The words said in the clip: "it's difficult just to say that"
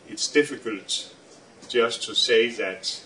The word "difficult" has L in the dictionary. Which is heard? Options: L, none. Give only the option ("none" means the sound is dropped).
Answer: L